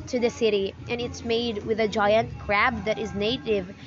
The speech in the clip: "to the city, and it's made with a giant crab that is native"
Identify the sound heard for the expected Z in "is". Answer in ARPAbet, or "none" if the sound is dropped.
Z